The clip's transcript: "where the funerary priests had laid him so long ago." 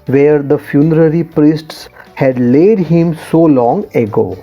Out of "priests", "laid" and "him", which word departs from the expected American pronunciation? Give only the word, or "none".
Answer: none